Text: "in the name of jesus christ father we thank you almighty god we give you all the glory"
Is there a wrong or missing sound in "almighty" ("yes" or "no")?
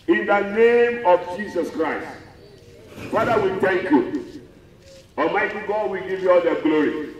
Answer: yes